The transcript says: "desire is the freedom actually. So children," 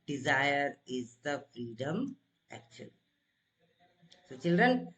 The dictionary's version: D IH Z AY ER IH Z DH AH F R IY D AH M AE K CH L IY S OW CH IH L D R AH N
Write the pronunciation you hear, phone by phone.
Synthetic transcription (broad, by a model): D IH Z AY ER IH Z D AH F R IY D AH M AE K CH IY S OW CH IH L D R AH N